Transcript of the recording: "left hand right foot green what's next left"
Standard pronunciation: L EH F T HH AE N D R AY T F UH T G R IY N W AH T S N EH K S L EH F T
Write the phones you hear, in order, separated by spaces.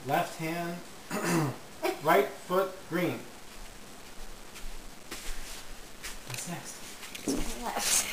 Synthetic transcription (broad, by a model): L EH F T HH AE N D L AY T F UH T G R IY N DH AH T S N EH K S T